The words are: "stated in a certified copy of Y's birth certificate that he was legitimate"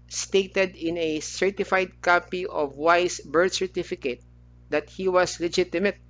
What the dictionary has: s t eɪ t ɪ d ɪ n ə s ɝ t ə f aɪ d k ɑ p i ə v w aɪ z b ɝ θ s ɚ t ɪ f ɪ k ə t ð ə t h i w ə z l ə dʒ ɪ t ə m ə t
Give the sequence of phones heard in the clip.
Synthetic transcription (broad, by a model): s t eɪ t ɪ d ɪ n ə s ɝ t ə f aɪ d k ɑ p i ə v w aɪ s b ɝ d s ɚ t ɪ f ɪ k ə t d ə t h i w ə s l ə dʒ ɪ t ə m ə t